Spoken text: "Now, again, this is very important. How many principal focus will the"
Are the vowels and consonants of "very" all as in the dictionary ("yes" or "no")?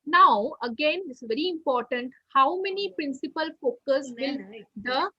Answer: yes